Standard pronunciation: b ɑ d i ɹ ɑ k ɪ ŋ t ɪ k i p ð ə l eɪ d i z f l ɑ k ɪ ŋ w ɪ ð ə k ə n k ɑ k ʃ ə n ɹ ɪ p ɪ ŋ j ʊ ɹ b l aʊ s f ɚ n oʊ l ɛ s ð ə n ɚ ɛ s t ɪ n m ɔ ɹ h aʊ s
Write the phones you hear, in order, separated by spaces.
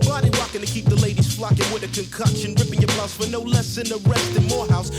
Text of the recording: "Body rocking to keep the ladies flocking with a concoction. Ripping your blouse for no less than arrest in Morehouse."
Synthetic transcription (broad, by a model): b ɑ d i w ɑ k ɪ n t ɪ k i p ð ə l eɪ d i z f l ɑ k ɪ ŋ w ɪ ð ə k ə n k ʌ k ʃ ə n ɹ ɪ p ɪ ŋ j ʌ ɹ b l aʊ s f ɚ n oʊ l ɛ s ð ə n ɚ ɛ s t ɪ n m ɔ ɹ h aʊ s